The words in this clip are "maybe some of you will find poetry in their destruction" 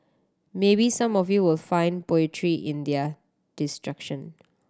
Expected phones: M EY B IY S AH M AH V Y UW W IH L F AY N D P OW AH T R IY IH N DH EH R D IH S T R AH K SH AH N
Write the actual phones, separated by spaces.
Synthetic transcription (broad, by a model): M EY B IY S AH M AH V Y UW W IH L F AY N D P OW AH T R IY IH N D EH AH D IH S T R AH K SH AH N